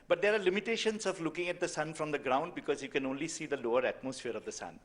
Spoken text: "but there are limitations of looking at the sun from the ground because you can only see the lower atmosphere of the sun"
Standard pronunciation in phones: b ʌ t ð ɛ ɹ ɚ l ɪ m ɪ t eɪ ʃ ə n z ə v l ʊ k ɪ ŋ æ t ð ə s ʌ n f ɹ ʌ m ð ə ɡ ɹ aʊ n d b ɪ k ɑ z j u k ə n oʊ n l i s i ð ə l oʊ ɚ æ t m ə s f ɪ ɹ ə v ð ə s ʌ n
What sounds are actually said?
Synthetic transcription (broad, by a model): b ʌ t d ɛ ɹ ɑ l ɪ m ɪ t eɪ ʃ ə n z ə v l ʊ k ɪ ŋ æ t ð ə s ʌ n f ɹ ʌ m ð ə ɡ ɹ aʊ n d b ɪ k ɑ z j u k ə n oʊ n l i s i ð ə l oʊ ɚ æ t m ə s f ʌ ɹ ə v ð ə s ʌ n